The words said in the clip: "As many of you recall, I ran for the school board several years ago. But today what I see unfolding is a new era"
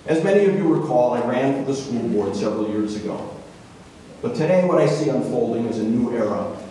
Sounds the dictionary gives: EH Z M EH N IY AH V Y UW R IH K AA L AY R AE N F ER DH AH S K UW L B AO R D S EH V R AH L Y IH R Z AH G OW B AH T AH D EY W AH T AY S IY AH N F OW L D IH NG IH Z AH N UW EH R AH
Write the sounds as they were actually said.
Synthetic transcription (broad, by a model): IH Z M EH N IY AH V Y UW W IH K AA L AY R AE N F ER DH AH S K UW L B AO R D S EH V R L Y IH R Z AH G OW B AH T AH D EY W AH T AY S IY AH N F OW L D IH NG IH Z AH N UW EH R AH